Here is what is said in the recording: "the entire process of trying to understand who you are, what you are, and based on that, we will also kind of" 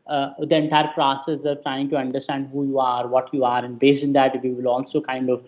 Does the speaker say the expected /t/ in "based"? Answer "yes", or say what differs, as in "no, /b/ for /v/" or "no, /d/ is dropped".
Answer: no, /t/ is dropped